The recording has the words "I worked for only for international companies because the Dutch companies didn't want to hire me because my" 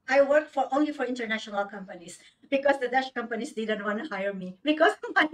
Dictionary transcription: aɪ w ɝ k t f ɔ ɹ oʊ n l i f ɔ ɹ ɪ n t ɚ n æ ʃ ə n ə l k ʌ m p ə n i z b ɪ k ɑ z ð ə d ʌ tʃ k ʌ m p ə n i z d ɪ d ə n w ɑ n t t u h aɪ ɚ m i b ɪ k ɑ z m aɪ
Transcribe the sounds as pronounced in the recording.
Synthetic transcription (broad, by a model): aɪ w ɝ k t f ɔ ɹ oʊ n l i f ɔ ɹ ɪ n t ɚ n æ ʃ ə n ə l k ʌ m p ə n i s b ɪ k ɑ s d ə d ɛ ʃ k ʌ m p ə n i s d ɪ d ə n w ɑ n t t u h aɪ ɚ m i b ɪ k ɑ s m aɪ